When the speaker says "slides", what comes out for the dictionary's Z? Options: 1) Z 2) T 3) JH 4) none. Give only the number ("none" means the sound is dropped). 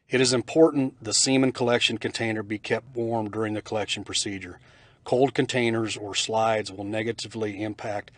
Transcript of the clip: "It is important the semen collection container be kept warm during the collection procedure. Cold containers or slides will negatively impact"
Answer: 1